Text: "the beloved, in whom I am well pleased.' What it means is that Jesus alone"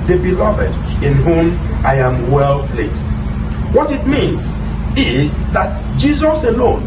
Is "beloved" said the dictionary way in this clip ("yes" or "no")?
yes